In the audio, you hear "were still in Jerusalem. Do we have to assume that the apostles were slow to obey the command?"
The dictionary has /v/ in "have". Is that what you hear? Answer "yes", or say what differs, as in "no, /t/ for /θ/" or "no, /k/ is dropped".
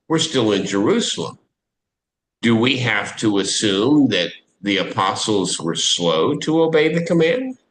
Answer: no, /f/ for /v/